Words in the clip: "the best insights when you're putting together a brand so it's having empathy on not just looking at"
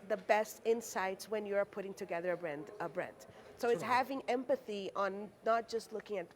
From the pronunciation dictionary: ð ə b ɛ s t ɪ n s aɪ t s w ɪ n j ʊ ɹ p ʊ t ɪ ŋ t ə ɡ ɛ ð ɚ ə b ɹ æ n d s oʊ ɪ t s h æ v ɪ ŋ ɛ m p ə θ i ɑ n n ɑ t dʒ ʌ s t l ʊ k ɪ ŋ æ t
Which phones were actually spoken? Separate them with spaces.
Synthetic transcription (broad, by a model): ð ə b ɛ s t ɪ n s aɪ t s w ɪ n j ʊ ɹ p ʊ t ɪ ŋ t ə ɡ ɛ ð ɚ ə b ɹ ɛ n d s oʊ ɪ t s h æ v ɪ ŋ ɛ m p ə θ i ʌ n n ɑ t dʒ ʌ s t l ʊ k ɪ ŋ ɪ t